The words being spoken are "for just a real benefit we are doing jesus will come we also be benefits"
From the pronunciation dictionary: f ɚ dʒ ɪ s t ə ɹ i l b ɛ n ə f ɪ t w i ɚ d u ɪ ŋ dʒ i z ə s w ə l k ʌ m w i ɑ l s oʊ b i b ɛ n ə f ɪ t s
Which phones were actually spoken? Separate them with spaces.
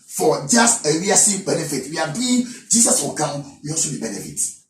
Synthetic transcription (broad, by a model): f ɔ dʒ ɪ s t ə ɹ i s b ɛ n ə f ɪ t w i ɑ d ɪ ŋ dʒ i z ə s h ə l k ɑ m w i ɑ s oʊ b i b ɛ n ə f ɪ t